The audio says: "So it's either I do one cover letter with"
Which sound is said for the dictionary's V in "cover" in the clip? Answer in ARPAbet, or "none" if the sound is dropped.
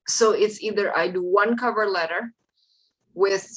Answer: V